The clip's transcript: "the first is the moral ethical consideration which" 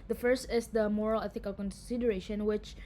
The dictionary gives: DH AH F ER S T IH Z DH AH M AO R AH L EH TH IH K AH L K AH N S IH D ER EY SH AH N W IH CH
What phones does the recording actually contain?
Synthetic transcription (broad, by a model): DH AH F ER S T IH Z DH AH M AO R AH L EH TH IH K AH L K AH N S IH D ER EY SH AH N W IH CH